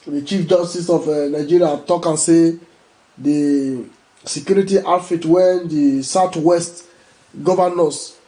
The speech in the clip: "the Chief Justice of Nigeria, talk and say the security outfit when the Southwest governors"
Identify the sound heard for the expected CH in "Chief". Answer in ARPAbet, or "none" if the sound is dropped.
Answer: CH